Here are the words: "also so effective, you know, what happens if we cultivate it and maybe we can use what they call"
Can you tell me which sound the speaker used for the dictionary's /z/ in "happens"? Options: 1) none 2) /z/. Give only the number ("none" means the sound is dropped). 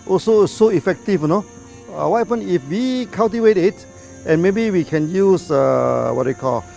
1